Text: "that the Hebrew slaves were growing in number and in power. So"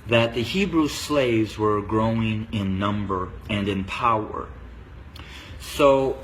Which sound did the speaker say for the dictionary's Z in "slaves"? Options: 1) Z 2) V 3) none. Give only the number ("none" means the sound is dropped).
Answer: 1